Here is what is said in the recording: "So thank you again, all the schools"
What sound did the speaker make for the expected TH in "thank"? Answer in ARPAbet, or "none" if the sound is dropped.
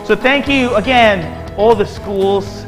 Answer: TH